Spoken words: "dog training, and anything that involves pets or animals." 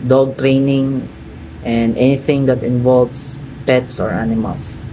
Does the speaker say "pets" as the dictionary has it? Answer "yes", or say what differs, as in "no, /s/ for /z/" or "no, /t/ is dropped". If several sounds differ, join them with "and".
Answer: yes